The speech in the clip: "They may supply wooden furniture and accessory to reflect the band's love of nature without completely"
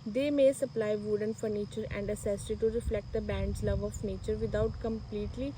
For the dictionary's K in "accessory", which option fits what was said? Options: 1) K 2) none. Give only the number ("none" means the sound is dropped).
2